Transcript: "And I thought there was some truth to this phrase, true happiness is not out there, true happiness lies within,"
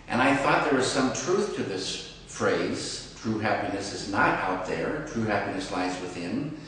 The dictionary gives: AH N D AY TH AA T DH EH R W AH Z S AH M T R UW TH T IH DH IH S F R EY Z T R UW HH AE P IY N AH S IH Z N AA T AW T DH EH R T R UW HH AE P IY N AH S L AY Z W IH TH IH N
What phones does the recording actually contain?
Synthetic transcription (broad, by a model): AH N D AY TH AA T DH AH R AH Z S AH M T R UW TH T IH DH IH S F R EY Z T R UW HH AE P IY N AH S IH Z N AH T AW T DH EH R T R UW HH AE P IY N AH S L AY Z W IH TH IH N